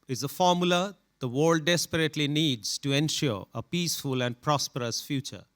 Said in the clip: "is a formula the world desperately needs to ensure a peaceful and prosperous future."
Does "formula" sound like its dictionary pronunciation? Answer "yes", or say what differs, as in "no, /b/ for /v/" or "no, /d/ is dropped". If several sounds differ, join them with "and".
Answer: yes